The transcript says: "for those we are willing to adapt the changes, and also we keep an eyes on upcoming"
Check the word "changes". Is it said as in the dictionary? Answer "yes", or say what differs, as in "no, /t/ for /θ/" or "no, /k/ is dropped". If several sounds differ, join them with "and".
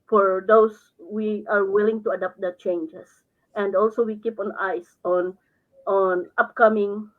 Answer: no, /s/ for /z/